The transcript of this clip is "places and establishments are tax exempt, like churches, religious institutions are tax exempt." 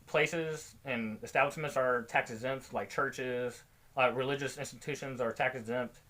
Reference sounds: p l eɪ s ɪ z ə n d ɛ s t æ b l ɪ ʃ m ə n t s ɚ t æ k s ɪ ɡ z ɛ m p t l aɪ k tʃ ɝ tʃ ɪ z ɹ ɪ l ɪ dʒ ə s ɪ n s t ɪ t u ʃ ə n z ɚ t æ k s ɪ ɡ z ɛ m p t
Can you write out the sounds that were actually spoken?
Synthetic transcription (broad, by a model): p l eɪ s ɪ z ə n ɛ s t æ b l ɪ ʃ m ə n t s ɚ t æ k s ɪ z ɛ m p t l aɪ k tʃ ɝ tʃ ɪ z ɹ ɪ l ɪ dʒ ə s ɪ n s t ɪ t u ʃ ə n z ɚ t æ k s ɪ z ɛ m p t